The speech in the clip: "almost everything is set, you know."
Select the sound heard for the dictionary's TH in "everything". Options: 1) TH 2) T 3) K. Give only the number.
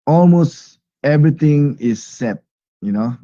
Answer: 2